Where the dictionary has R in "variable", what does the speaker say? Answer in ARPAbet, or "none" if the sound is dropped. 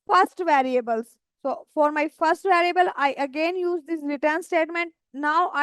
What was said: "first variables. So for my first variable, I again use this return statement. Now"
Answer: R